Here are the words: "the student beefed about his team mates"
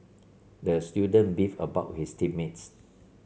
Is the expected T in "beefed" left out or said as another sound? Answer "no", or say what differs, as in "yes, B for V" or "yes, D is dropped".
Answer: yes, T is dropped